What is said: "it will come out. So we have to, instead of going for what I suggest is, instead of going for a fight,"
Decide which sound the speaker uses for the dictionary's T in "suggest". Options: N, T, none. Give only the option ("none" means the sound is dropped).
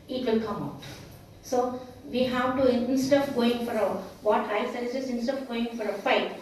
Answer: none